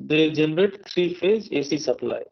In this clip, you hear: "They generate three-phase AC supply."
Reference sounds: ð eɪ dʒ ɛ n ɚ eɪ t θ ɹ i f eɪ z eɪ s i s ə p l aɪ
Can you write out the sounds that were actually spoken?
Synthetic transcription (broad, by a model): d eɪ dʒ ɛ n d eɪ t t ɹ i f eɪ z eɪ s i s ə p l aɪ